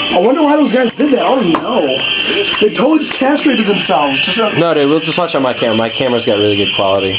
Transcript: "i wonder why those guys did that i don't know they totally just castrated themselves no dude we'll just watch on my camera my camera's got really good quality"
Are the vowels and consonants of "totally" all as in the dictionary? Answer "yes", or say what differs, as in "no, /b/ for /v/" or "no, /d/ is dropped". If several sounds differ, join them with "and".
no, /l/ is dropped